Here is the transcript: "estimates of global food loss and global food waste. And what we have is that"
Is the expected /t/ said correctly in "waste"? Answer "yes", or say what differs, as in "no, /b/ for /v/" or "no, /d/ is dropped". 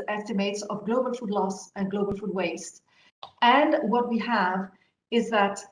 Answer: yes